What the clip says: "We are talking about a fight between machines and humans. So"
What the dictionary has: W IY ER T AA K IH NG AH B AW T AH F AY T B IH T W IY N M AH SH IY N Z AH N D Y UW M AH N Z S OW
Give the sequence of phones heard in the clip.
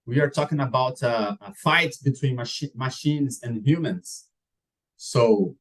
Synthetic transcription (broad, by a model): W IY ER T AA K IH NG AH B AW T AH F AY T B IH T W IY N M AH SH IY N Z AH N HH Y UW M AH N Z S OW